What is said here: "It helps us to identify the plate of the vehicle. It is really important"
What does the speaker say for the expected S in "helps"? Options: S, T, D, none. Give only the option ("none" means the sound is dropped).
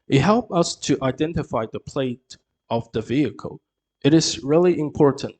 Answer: none